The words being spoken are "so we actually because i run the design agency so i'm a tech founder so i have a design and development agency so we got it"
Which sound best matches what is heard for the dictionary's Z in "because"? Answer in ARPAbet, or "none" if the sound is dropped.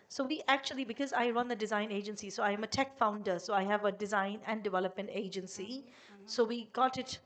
Z